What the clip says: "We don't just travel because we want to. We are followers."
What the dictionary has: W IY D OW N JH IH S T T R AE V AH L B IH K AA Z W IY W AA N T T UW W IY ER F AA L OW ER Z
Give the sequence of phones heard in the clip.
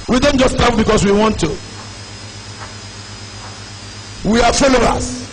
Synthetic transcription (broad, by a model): W IY D OW N JH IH S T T AA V B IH K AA S W IY W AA N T T UW W IY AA F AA L OW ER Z